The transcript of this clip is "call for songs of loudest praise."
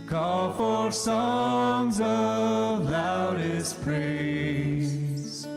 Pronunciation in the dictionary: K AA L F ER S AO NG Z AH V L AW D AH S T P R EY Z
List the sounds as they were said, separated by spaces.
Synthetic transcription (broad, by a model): K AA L F ER S AO NG Z AH V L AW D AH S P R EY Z